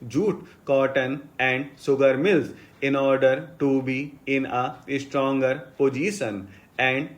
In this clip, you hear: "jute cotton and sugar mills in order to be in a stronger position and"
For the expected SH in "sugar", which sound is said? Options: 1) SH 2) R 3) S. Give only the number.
3